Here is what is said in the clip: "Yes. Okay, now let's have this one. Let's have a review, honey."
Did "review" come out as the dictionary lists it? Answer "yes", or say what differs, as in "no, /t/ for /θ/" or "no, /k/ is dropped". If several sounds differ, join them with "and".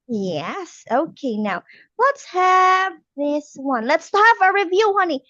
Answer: yes